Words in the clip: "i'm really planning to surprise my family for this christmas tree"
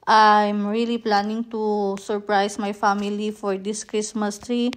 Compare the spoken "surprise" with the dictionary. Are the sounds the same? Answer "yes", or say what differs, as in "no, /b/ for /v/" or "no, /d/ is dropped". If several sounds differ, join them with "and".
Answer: no, /s/ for /z/